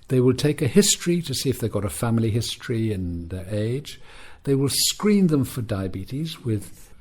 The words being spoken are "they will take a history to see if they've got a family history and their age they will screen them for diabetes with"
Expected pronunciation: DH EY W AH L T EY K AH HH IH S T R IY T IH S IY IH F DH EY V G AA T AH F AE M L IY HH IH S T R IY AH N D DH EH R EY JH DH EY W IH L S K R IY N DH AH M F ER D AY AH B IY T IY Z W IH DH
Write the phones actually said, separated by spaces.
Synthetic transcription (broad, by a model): DH EY W AH L T EY K AH HH IH S T R IY T IH S IY IH F DH EY G AA T AH F AE M L IY HH IH S T R IY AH N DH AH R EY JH DH EY W IH L S K R IY N DH AH M F ER D AY AH B IY T IY Z W IH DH